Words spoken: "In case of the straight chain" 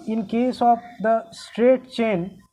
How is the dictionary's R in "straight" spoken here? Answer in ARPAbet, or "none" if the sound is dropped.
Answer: R